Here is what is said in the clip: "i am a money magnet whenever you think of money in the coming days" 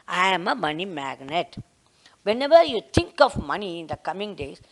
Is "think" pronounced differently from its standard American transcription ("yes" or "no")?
yes